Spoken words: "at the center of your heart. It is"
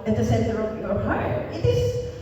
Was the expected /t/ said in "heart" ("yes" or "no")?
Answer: no